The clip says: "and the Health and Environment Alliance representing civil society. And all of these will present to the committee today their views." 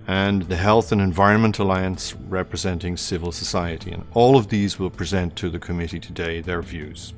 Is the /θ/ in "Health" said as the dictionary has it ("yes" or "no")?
yes